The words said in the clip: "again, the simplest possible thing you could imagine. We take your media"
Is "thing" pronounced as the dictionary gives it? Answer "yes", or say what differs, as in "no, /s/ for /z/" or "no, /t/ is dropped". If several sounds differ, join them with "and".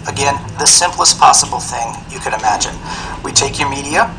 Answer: yes